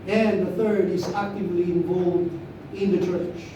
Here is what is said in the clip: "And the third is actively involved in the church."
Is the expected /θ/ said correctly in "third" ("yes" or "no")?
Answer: yes